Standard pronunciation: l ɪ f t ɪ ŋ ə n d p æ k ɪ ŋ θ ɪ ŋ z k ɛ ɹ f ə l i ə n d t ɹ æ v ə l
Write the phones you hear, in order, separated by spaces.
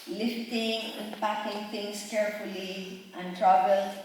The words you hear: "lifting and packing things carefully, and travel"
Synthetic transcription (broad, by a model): l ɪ f t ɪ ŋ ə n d p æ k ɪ ŋ t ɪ ŋ s k ɛ ɹ f ə l i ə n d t ɹ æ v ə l